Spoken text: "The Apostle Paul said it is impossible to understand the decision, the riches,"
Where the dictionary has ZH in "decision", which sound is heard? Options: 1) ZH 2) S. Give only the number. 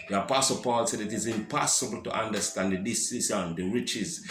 2